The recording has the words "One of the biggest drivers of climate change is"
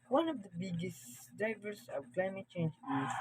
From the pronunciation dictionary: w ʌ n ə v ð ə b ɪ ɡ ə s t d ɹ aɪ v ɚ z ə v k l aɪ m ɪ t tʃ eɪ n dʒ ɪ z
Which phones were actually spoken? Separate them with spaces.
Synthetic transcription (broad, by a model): w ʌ n ə v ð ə b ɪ ɡ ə s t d aɪ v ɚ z ə v k l aɪ m ɪ t tʃ eɪ n dʒ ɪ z